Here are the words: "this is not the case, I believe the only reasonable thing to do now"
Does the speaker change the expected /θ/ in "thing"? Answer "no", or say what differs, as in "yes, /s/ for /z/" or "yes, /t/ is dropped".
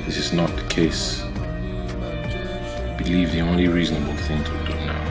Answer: no